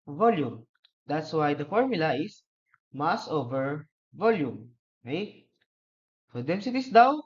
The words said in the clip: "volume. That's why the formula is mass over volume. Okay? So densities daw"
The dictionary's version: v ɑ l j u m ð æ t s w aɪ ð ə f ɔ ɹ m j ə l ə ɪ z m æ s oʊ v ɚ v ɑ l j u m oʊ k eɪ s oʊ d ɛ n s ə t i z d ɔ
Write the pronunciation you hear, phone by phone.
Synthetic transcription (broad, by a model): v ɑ l j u m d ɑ t s w aɪ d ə f ɔ ɹ m j ə l ə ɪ s m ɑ s oʊ v ɚ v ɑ l j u m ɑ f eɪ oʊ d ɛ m s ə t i s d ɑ